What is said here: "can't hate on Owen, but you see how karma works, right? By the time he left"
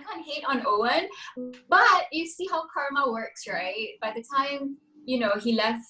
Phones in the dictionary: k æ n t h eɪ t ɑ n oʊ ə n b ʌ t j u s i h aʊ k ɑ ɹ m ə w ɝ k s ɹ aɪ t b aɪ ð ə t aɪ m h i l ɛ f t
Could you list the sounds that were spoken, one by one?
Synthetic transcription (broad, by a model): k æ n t h eɪ t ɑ n oʊ ə n b ʌ t j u s i h aʊ k ɑ ɹ m ə w ɝ k s ɹ aɪ t b aɪ ð ə t aɪ m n i l ɛ f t